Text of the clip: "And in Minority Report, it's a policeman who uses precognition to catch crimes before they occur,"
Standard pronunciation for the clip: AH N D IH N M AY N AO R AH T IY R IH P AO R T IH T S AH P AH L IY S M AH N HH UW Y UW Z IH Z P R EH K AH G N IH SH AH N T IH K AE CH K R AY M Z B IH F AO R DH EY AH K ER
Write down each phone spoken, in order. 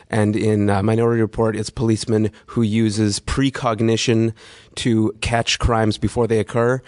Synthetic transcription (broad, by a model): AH N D IH N M AY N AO R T IY R IH P AO R T IH T S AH P AH L IY S M AH N HH UW Y UW Z IH Z P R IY K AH G N IH SH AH N T IH K AE CH K R AY M Z B IH F AO R DH EY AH K ER